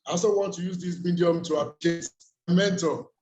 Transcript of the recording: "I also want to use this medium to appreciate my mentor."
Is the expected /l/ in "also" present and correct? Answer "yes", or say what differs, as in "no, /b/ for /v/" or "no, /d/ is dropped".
no, /l/ is dropped